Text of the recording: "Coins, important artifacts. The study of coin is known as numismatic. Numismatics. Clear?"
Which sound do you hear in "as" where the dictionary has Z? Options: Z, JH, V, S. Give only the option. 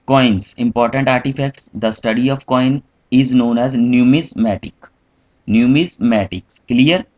Z